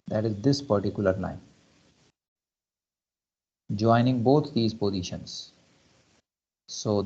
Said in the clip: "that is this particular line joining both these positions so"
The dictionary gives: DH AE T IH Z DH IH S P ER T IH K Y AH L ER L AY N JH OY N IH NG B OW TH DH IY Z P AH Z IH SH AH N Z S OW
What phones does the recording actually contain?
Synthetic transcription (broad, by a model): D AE T IH Z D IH S P ER T IH K Y AH L ER N AY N JH OY N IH NG B OW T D IY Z P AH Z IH SH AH N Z S OW